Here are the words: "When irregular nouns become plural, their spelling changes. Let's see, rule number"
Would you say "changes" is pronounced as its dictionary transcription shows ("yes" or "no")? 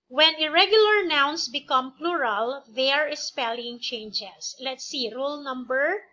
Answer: no